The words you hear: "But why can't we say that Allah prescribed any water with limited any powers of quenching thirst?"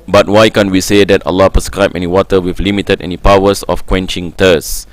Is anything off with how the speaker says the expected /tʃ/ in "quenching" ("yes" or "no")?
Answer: no